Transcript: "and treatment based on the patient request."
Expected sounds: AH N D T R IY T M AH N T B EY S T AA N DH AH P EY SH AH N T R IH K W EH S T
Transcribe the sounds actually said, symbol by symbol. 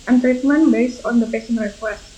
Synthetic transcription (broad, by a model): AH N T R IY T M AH N B EY S T AA N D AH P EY S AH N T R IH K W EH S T